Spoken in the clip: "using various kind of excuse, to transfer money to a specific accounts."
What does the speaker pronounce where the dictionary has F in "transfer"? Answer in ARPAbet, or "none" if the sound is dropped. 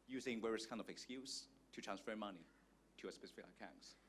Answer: F